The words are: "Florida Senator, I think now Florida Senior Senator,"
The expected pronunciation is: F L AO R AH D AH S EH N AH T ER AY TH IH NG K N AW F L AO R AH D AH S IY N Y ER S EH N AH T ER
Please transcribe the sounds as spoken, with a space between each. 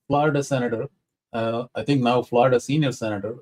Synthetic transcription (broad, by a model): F L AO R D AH S EH N AH T ER AY T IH NG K N AW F L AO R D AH S IY N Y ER S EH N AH T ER